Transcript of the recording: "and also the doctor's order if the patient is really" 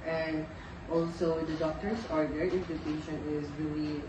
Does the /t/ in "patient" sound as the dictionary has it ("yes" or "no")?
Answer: no